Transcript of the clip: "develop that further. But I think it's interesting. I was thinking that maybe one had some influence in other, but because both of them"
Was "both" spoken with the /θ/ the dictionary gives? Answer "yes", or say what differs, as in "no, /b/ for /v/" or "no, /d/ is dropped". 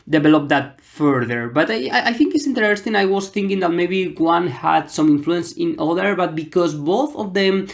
yes